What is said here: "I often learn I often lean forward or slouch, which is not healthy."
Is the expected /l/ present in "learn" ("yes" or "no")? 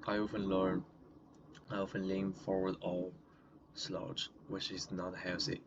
yes